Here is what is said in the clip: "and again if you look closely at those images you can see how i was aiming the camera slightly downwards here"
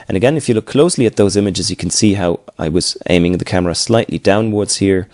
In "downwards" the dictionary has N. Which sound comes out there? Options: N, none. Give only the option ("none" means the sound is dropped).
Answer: N